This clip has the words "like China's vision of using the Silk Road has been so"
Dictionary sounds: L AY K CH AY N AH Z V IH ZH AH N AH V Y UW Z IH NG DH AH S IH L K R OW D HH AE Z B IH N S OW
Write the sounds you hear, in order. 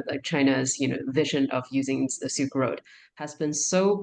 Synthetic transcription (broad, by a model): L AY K CH AY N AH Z V IH ZH AH N AH V Y UW Z IH NG DH AH S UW K R OW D HH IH Z B IH N S OW